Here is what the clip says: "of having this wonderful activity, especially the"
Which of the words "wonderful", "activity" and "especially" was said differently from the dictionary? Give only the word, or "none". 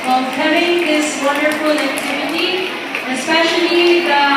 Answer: especially